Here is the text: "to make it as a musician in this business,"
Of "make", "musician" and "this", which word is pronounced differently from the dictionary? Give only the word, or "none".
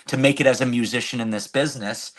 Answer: none